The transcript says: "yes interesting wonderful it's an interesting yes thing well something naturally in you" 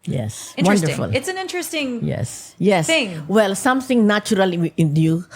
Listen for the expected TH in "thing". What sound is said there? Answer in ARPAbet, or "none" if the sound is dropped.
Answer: S